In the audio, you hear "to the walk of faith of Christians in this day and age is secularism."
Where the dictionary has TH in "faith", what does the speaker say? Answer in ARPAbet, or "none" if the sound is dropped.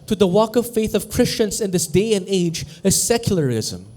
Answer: TH